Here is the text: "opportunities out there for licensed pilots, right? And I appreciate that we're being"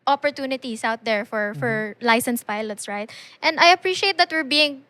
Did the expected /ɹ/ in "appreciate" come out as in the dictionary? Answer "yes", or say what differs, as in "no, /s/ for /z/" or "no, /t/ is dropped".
yes